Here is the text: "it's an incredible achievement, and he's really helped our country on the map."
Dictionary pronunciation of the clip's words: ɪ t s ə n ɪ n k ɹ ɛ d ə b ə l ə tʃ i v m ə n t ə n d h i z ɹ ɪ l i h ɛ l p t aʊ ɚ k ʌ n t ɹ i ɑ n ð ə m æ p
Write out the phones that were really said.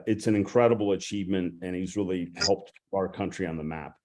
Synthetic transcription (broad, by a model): ɪ t s ə n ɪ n k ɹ ɛ d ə b l ə tʃ i v m ə n t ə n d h i z ɹ ɪ l i h ɛ l p t aʊ ɚ k ʌ n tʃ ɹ i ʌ n ð ə m æ p